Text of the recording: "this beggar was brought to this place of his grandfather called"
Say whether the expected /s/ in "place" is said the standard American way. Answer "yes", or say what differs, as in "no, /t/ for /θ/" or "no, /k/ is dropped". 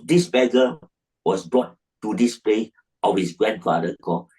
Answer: no, /s/ is dropped